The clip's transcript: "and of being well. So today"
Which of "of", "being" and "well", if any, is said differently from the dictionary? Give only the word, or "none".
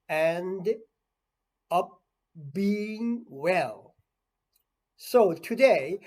of